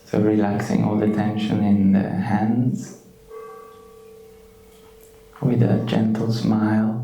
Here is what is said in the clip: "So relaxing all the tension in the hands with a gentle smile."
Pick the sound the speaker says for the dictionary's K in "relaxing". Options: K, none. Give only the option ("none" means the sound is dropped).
K